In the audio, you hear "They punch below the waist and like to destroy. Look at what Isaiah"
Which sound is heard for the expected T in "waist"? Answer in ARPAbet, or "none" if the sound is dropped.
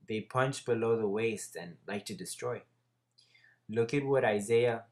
T